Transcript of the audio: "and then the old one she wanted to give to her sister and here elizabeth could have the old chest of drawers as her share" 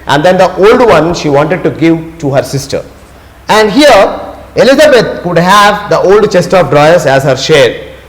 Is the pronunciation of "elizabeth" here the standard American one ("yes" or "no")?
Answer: no